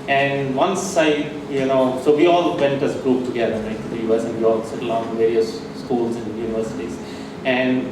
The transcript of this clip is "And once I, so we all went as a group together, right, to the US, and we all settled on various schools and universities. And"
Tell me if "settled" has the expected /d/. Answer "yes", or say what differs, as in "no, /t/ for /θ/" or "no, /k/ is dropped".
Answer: no, /d/ is dropped